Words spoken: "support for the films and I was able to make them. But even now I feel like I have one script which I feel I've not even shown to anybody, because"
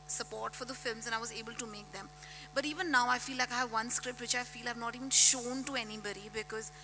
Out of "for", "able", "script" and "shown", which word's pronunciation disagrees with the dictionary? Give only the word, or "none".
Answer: none